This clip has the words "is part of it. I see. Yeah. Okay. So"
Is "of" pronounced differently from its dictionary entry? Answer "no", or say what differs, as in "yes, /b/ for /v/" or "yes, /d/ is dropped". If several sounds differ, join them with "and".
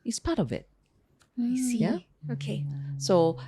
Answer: no